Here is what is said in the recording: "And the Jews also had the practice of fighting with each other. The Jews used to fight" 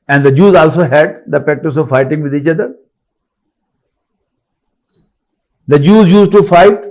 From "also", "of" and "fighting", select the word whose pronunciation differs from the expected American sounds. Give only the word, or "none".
none